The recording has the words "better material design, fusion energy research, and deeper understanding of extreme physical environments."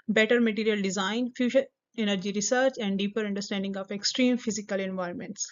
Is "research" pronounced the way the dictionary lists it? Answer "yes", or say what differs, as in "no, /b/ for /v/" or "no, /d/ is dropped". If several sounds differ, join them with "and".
yes